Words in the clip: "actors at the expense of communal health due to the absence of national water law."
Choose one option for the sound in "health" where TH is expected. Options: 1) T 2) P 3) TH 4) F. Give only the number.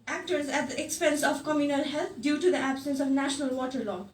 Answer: 1